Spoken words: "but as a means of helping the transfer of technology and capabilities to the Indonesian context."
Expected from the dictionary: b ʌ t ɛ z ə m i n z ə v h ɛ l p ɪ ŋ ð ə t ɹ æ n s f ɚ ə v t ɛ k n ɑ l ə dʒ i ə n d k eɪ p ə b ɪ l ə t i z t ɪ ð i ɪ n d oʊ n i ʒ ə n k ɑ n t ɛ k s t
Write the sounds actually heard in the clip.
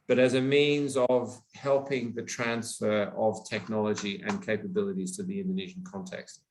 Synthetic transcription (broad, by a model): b ʌ t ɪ z ə m i n z ə v h ɛ l p ɪ ŋ ð ə t ɹ æ n s f ɚ ə v t ɛ k n ɑ l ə dʒ i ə n k eɪ p ə b ɪ l ə t i z t ɪ ð i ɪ n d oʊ n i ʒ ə n k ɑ n t ɛ k s t